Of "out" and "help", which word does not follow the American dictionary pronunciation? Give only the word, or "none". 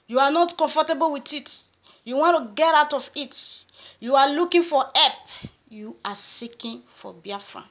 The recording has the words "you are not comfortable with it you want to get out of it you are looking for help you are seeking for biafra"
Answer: help